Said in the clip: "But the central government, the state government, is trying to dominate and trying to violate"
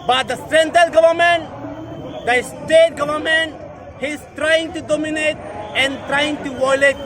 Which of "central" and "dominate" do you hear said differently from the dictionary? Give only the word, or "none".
central